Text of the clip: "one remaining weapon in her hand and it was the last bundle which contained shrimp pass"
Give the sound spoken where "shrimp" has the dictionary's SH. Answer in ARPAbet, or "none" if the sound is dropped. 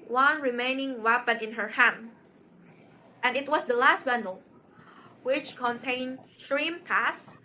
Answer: S